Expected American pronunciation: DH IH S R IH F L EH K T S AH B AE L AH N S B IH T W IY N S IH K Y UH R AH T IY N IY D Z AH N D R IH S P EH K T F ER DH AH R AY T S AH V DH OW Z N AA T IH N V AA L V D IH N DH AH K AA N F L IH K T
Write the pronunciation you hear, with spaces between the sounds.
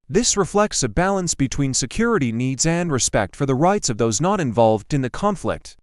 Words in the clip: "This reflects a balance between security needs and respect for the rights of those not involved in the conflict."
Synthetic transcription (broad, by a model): DH IH S R IH F L EH K T S AH B AE L AH N S B IH T W IY N S IH K Y UH R AH T IY N IY D Z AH N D R IH S P EH K T F ER DH AH R AY T S AH V DH OW Z N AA T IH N V AA L V D IH N DH AH K AA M F L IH K T